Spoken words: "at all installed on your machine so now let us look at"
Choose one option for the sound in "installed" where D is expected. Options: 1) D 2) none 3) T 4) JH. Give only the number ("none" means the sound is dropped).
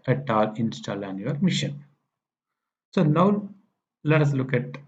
2